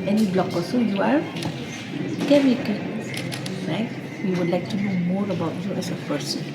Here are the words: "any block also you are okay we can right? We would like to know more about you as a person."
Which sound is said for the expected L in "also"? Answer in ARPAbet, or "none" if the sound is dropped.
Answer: none